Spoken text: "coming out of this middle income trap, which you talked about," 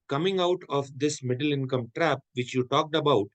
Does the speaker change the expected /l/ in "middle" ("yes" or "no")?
no